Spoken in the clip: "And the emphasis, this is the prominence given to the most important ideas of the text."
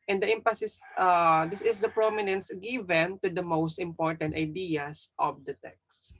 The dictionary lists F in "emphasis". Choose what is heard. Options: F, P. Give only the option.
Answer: P